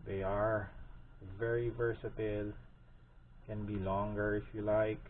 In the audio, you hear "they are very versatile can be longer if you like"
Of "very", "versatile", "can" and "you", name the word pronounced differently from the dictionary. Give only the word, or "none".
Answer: none